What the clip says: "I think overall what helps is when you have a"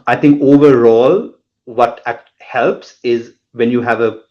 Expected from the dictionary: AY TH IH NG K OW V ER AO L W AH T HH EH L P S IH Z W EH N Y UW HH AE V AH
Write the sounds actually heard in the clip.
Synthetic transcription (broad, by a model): AY T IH NG K OW V ER AO L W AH T HH EH L P S IH Z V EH N Y UW HH AE V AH